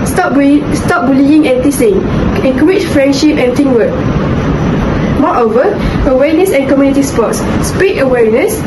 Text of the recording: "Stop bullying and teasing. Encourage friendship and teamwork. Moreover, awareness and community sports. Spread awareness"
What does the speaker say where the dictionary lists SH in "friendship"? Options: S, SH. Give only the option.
SH